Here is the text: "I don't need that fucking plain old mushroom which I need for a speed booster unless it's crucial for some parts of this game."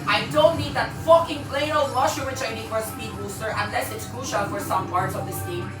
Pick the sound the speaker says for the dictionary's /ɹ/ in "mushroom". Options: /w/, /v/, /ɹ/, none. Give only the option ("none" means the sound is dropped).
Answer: none